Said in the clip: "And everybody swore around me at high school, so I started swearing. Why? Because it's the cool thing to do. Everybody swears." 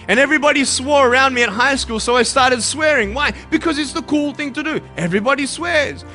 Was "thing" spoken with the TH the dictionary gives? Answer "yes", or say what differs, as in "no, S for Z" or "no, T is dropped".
yes